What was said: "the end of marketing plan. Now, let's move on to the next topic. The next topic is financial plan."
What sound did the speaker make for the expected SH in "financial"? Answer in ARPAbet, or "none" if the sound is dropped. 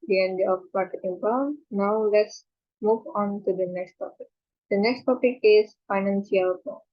S